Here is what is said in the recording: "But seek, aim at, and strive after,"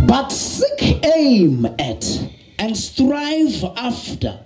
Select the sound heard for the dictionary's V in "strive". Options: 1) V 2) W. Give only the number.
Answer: 1